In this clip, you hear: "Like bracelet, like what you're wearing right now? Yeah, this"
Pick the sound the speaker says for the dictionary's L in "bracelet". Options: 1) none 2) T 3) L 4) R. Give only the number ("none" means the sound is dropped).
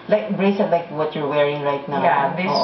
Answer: 1